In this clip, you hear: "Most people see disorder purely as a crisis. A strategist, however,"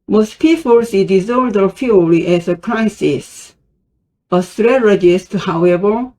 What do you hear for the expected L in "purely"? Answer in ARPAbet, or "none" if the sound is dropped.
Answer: none